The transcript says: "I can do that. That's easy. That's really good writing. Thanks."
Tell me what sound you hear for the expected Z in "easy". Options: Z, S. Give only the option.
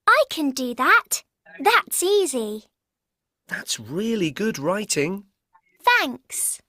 Z